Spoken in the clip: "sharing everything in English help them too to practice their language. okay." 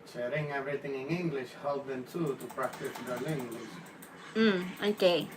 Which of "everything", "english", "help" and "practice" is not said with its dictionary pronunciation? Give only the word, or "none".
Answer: everything